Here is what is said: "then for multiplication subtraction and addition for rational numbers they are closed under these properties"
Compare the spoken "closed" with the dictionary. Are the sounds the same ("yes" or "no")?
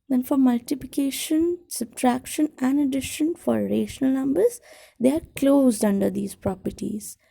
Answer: yes